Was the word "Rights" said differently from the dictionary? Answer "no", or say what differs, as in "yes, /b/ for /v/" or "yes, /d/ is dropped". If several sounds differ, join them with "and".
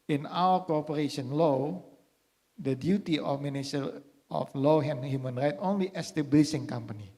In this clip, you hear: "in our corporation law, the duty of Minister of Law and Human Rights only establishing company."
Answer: yes, /s/ is dropped